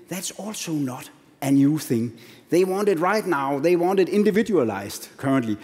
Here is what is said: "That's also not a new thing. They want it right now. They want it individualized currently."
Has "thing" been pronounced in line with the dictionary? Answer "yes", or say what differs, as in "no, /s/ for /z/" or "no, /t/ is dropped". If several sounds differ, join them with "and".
yes